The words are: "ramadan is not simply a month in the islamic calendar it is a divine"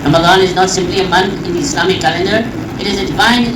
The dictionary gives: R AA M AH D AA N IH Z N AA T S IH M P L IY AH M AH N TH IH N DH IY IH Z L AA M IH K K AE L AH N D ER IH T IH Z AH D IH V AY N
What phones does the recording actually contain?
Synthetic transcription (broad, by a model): R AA M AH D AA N IH Z N AA T S IH M P L IY AH M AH N T IH N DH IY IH S L AA M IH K K AE L AH N D ER IH T IH Z AH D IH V AY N